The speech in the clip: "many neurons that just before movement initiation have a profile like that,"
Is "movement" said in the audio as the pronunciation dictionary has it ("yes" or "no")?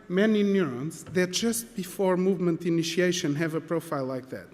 yes